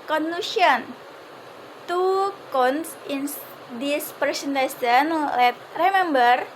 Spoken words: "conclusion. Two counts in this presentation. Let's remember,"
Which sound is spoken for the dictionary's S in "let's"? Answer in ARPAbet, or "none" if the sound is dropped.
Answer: none